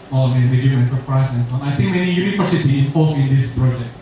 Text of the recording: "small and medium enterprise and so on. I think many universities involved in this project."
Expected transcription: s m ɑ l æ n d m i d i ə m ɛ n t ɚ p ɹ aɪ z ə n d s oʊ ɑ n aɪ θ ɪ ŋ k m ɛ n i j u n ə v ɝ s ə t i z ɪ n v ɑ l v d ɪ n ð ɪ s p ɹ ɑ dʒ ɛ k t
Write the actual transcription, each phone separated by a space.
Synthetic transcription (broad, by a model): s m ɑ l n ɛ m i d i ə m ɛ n s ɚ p ɹ aɪ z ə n s oʊ ɑ n aɪ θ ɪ ŋ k m ɛ n i j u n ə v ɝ s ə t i ɪ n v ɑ l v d ɪ n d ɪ s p ɹ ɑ dʒ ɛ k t